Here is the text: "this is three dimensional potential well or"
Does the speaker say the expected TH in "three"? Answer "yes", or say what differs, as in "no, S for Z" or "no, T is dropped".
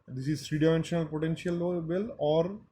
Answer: no, S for TH